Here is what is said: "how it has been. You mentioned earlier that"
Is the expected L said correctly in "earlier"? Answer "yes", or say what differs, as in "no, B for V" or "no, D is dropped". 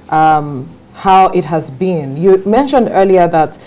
yes